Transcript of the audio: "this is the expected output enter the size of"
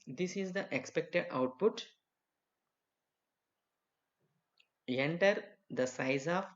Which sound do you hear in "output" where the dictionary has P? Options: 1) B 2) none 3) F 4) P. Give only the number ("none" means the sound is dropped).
4